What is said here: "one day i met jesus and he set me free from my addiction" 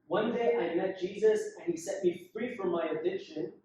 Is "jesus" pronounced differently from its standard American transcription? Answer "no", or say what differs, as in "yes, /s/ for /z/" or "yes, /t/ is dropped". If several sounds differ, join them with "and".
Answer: no